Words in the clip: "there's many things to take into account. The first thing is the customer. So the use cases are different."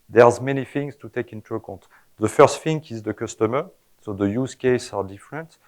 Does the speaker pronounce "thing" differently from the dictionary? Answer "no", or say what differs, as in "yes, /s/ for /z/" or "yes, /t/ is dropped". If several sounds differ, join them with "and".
yes, /f/ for /θ/